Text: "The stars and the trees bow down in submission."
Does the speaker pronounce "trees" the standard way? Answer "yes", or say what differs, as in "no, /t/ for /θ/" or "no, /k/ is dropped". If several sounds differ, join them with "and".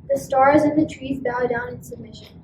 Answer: yes